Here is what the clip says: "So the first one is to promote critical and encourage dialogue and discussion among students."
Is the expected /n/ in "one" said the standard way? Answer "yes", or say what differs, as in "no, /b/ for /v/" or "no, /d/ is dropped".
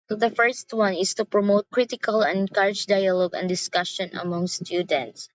yes